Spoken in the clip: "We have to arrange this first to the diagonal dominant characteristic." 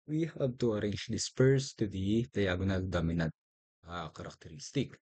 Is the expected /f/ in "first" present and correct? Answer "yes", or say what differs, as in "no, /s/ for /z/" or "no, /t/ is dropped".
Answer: no, /p/ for /f/